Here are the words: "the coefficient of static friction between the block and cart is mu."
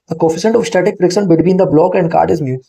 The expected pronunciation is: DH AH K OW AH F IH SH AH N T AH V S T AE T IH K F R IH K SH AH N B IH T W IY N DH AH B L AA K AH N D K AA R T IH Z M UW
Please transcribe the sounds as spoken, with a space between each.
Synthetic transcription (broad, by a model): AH K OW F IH S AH N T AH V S T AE T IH K P R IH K S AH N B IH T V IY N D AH B L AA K AH N D K AA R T IH Z M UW